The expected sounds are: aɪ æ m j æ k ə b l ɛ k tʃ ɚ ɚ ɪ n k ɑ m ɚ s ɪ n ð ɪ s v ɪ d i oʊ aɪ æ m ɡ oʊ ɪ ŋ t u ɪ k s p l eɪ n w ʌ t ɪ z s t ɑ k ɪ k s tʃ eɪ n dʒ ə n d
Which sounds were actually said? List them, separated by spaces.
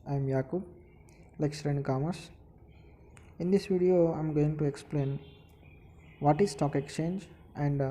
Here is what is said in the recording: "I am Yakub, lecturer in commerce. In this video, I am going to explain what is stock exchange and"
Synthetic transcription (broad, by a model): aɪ m j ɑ k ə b l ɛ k s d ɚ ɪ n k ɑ m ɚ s ɪ n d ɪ s v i d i oʊ aɪ m ɡ oʊ ɪ ŋ t u ɪ k s p l eɪ n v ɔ t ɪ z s t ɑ k ɪ k s tʃ eɪ n dʒ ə n d